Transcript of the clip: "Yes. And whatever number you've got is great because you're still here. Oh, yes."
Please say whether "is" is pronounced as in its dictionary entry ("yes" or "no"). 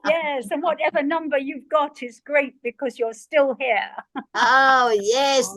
yes